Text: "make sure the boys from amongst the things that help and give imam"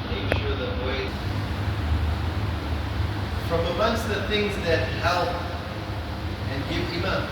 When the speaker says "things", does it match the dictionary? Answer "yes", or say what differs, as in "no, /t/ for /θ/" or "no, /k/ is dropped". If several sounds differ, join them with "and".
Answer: yes